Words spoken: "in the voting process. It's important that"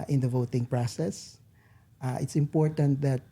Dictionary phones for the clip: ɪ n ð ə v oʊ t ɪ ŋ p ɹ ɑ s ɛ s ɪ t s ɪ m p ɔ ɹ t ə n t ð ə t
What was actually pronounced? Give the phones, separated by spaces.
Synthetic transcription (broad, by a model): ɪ n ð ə v oʊ t ɪ ŋ p ɹ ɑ s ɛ s ɪ t s ɪ m p ɔ ɹ t ə n t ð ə t